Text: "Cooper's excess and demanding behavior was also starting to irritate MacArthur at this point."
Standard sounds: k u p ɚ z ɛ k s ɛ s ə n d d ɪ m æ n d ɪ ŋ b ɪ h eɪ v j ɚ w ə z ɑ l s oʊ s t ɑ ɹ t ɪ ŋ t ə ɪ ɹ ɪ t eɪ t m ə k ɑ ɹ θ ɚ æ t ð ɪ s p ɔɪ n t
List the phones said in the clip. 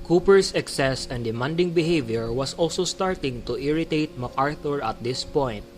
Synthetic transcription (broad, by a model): k u p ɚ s ɛ k s ɛ s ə n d d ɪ m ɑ n d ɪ ŋ b ɪ h eɪ v j ɚ w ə s ɑ l s oʊ s t ɑ ɹ t ɪ ŋ t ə ɪ ɹ ɪ t eɪ t m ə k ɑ ɹ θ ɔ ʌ t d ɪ s p ɔɪ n